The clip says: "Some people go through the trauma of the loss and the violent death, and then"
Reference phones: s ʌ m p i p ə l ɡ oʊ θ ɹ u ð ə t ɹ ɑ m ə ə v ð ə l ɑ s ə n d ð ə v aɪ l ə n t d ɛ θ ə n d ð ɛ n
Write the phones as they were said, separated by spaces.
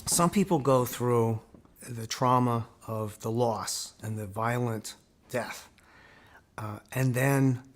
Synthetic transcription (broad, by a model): s ʌ m p i p l ɡ oʊ θ ɹ u ð ə t ɹ ɑ m ə ə v ð ə l ɑ s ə n ð ə v aɪ l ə n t d ɛ θ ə n ð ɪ n